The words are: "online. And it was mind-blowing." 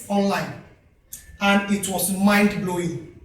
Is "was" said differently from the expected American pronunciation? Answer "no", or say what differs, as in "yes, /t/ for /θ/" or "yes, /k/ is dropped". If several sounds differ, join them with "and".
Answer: yes, /s/ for /z/